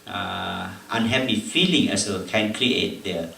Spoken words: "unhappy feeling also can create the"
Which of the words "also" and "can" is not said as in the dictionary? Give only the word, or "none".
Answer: also